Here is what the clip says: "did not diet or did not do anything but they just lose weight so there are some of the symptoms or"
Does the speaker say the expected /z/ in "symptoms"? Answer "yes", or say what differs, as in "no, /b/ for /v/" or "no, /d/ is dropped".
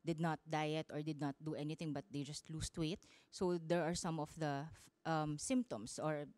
no, /s/ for /z/